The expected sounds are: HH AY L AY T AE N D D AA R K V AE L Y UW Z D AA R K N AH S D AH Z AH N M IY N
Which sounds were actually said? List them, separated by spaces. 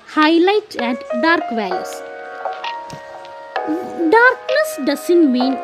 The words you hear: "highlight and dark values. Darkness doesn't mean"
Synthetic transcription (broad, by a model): HH AY L AY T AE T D D AA R K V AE Y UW S D AA R K N AH S D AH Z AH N M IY N